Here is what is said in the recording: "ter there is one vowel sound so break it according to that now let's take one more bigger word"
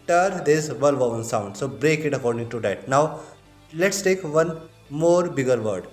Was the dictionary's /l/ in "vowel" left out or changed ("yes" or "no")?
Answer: yes